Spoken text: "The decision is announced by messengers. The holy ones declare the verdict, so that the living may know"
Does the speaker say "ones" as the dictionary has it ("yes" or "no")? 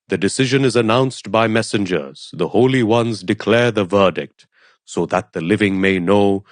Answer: yes